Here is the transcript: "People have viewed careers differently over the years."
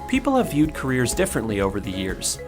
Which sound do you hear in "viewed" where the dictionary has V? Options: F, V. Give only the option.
V